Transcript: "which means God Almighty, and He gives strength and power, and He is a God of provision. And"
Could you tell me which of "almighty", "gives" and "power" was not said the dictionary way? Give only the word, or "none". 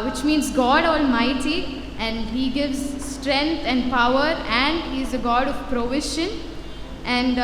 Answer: none